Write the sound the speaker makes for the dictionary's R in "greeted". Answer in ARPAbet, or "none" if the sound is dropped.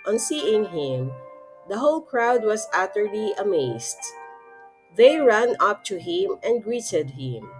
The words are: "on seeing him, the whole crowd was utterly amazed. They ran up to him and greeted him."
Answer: R